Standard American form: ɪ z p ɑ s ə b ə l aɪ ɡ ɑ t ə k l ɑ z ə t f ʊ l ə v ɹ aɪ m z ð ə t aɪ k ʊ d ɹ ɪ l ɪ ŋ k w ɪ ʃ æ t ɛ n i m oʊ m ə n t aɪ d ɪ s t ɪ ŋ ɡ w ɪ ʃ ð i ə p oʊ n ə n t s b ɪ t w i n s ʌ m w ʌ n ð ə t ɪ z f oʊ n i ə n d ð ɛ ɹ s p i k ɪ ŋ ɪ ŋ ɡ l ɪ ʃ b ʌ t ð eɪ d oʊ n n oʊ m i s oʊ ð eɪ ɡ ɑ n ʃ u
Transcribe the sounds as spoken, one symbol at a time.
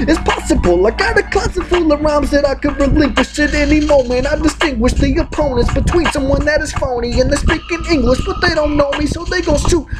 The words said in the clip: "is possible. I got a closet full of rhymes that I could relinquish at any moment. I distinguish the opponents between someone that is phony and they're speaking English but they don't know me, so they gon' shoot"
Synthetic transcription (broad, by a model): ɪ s p ɑ s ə b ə l aɪ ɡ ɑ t ə k ɑ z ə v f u l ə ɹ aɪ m z ð ə t aɪ k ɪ d ɹ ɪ l ɪ ŋ k w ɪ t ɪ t ɛ n i m oʊ m ə n t aɪ d ɪ s t ɪ ŋ ɡ w ɪ ʃ ð i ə p oʊ n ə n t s b ɪ t w i n s ʌ m w ʌ n ð ə t ɪ z f oʊ n i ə n ð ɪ s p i k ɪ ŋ ɪ ŋ ɡ l ɪ ʃ b ʌ t ð eɪ d oʊ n n oʊ m i s oʊ ð eɪ ɡ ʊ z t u